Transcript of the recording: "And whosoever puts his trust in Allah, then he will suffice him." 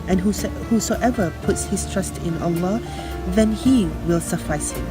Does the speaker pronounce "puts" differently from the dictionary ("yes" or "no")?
no